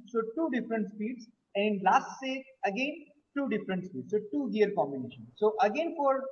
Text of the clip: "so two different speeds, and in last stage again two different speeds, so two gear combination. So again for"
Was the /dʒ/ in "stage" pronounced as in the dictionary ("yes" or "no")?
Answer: no